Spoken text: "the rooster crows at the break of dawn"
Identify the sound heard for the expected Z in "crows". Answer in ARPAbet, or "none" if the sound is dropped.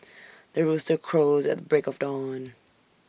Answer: Z